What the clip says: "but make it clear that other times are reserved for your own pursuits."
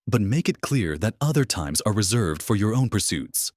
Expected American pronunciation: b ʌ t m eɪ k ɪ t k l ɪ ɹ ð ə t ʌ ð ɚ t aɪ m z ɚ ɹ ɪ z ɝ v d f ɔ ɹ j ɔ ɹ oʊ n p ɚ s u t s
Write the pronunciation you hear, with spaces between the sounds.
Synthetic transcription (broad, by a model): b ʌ t m eɪ k ɪ t k l ɪ ɹ ð ə t ʌ ð ɚ t aɪ m z ɚ ɹ ɪ z ɝ v d f ɔ ɹ j ɔ ɹ oʊ n p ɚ s u t s